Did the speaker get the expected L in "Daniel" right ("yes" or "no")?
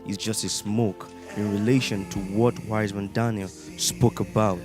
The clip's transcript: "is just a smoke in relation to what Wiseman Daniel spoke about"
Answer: yes